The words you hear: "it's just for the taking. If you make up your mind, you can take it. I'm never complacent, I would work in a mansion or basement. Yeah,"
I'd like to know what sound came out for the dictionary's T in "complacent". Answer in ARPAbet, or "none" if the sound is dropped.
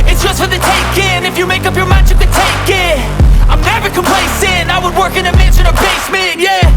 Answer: none